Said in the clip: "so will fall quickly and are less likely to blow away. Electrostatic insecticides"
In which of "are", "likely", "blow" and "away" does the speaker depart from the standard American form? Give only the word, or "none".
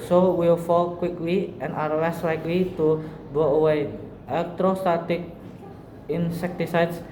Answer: blow